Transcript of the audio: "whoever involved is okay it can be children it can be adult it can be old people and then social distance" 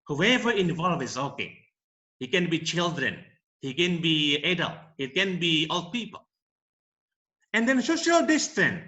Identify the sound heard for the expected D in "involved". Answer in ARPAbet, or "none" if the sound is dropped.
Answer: none